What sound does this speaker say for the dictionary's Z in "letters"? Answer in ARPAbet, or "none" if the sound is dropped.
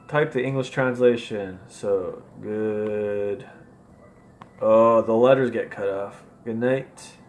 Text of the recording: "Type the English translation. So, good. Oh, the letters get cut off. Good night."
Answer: Z